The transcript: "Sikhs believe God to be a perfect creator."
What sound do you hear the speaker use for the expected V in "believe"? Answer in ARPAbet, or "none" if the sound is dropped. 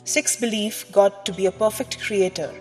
F